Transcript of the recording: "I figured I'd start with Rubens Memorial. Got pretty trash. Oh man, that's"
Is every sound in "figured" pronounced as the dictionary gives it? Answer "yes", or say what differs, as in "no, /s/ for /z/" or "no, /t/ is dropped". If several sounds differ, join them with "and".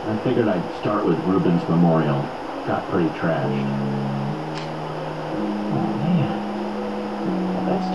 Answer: no, /d/ is dropped